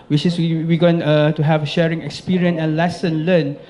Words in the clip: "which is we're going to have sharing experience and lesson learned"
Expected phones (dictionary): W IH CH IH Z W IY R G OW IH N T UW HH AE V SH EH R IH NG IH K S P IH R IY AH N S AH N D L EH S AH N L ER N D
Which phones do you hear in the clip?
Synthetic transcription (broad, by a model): W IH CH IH S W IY W G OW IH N T UW HH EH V SH EH R IH NG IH K S P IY R IY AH N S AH N L EH S AH N L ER N